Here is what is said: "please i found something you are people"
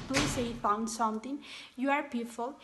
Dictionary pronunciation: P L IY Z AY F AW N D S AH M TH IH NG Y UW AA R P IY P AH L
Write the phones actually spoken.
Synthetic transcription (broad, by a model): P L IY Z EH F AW N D S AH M T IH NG Y UW AA R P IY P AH L